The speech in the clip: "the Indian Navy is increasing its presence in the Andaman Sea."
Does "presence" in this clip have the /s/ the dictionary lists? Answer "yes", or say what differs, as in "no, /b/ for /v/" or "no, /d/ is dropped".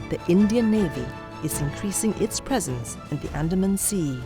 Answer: yes